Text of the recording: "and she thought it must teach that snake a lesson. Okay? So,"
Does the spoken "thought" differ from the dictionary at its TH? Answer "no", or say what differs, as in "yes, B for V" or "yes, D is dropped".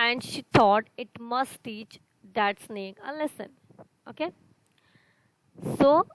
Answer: yes, T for TH